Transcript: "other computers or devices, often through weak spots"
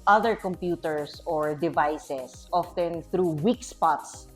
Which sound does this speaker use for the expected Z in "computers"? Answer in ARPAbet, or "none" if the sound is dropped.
S